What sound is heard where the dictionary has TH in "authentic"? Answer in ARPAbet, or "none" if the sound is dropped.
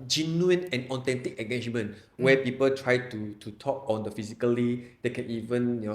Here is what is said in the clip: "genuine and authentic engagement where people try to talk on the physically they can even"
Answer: T